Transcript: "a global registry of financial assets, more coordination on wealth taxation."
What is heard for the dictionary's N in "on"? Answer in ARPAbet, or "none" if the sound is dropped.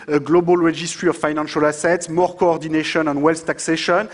N